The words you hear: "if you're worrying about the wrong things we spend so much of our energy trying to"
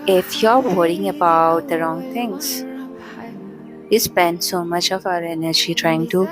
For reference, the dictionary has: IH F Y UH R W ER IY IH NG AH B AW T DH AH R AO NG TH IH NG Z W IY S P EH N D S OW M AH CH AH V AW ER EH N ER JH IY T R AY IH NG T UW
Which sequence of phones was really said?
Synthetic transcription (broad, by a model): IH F Y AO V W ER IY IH NG AH B AW T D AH R AO NG T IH NG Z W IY S P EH N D S OW M AH CH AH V AW ER EH N ER JH IY T R AY IH NG T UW